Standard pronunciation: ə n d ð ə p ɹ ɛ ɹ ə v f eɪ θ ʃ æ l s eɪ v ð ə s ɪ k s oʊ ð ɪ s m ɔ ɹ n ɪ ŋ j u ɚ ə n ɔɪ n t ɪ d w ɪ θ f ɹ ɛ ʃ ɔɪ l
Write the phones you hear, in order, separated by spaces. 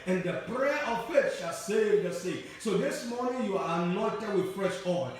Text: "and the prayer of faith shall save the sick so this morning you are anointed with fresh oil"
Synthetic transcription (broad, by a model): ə n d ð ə p ɹ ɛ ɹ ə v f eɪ t ʃ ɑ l s eɪ v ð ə s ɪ s oʊ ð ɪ s m ɔ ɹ n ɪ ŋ j u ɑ ə n ɔɪ n t ɪ d w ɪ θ f ɹ ɛ ʃ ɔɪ